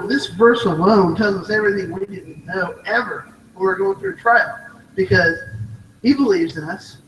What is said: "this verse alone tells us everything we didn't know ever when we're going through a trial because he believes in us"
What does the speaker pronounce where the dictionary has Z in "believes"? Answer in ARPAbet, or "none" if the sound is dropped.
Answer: Z